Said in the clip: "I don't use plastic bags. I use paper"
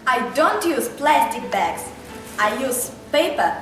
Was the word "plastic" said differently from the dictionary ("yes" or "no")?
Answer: no